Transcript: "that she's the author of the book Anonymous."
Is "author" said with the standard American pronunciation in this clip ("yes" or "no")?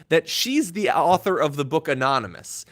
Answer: yes